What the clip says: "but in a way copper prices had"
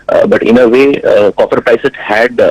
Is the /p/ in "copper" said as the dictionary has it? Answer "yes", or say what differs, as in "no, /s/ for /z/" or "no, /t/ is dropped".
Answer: no, /f/ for /p/